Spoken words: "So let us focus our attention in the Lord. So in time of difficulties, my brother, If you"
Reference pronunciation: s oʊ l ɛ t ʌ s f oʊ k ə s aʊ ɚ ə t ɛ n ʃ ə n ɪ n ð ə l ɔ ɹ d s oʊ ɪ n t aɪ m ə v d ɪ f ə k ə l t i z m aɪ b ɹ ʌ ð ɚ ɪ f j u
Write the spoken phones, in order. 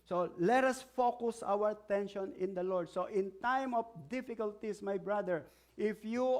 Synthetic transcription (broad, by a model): s oʊ l ɛ t ʌ s f oʊ k ə s aʊ ɚ ə t ɛ n ʃ ə n ɪ n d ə l ɔ ɹ d s oʊ ɪ n t aɪ m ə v d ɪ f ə k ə l t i s m aɪ b ɹ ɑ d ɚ ɪ f j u